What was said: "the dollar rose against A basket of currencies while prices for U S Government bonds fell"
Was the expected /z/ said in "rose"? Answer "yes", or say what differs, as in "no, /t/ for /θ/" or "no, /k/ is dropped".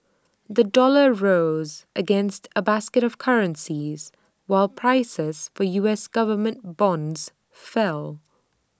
yes